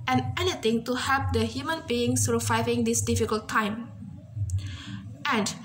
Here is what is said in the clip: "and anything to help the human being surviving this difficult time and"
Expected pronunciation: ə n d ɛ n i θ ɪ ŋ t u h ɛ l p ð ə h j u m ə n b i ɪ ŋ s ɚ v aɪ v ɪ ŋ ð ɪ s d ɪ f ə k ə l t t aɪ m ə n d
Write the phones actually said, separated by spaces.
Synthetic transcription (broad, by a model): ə n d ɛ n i t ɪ ŋ t u h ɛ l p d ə h j u m ə n b i ɪ ŋ s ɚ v aɪ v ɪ ŋ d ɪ s d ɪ f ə k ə l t t aɪ m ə n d